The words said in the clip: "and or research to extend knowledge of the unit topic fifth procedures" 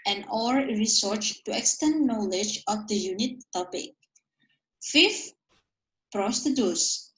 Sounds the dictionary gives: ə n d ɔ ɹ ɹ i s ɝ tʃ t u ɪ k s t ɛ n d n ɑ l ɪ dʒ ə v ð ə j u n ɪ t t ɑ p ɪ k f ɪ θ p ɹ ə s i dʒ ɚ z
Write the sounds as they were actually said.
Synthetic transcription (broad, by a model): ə n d ɔ ɹ ɹ i s ɝ tʃ t u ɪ k s t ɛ n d n ɑ l ɪ dʒ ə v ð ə j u n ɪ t t ɑ p ɪ k f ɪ f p ɹ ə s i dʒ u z